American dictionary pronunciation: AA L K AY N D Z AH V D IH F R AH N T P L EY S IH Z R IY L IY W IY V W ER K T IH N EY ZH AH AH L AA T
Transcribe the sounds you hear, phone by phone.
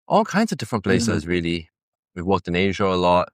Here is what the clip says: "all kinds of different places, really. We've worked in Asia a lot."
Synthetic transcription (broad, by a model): AA L K AY N D Z AH V D IH F R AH N P L EY S IH Z R IY L IY W IY V W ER K T IH N EY ZH AH AH L AA T